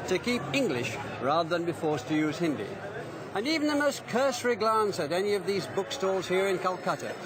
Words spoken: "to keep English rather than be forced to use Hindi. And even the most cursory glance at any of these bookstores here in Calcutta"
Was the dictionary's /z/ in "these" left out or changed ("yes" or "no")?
no